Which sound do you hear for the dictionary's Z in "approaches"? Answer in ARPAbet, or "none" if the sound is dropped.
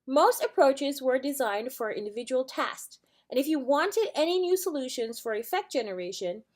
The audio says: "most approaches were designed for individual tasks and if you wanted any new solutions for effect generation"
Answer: Z